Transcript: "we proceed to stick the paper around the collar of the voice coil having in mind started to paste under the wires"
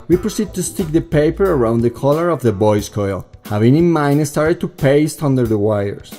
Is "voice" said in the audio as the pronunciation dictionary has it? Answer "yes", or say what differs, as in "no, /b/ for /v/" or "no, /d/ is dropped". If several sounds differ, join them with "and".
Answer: no, /b/ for /v/